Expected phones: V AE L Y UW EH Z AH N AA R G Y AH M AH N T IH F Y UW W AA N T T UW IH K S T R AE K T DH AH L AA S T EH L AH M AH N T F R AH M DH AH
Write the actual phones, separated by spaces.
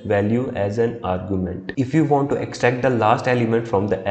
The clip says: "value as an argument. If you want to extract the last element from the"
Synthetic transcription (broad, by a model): V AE L Y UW EH Z AH N AA R G Y AH M AH N T IH F Y UW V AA N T T UW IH K S T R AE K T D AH L AA S T EH L AH M AH N T F R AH M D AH